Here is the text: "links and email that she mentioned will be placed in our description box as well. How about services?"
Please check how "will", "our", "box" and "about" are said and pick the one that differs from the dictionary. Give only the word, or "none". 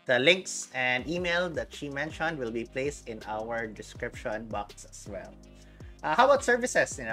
none